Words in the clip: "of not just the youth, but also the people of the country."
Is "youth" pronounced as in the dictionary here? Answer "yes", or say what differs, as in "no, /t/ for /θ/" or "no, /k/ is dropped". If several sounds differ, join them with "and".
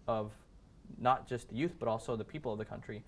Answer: yes